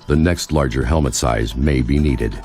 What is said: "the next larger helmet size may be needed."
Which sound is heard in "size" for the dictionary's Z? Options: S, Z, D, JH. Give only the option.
Z